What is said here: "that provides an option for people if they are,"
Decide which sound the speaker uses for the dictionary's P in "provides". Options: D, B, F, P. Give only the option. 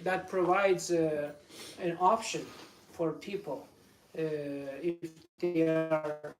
P